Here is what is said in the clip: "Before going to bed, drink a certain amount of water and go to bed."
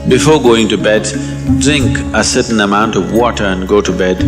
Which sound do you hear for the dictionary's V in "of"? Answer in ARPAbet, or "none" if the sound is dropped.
V